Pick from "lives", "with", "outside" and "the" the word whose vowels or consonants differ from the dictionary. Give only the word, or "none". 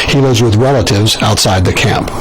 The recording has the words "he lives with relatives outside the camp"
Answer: none